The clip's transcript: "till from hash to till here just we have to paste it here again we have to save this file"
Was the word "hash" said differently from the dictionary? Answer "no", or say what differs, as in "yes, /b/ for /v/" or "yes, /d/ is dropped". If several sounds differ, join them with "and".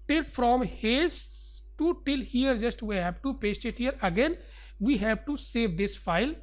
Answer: yes, /s/ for /ʃ/